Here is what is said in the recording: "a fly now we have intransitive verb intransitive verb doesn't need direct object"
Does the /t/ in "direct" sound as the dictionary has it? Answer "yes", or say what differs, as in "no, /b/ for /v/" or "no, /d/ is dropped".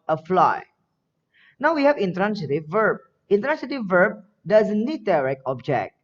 no, /t/ is dropped